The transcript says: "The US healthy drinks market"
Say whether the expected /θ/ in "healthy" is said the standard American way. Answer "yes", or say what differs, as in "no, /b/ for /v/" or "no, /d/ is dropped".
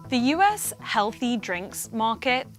yes